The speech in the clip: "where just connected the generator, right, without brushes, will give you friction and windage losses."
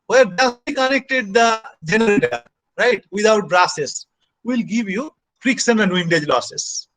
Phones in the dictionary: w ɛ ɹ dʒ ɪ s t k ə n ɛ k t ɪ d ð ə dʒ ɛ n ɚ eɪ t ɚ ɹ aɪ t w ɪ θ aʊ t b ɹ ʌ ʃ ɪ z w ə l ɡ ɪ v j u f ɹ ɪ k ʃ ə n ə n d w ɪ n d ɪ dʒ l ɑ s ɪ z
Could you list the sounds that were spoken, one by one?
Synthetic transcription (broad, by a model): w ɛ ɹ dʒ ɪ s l k ə n ɛ k t ɪ d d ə dʒ ɛ n ɚ eɪ t ɚ ɹ aɪ t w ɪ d aʊ t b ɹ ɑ s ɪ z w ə l ɡ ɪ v j u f ɹ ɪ k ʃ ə n ə n d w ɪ n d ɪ dʒ l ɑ s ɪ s